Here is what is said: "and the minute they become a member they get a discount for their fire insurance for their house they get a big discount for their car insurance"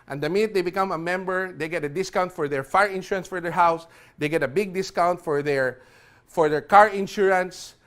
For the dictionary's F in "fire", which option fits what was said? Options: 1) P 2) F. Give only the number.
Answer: 2